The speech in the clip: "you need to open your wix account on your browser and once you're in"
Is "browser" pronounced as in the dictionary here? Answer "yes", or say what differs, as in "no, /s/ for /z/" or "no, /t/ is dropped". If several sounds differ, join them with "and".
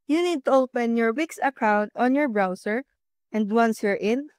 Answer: no, /s/ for /z/